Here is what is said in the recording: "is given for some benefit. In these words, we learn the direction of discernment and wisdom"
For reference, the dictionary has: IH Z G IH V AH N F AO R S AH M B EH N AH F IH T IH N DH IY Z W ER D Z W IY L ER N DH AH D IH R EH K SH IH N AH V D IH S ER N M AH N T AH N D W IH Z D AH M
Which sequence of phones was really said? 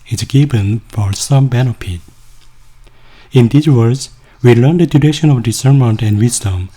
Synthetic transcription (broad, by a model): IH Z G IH B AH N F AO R S AH M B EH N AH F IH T IH N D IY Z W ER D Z W IY L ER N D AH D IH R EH SH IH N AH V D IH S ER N M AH N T AH N D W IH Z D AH M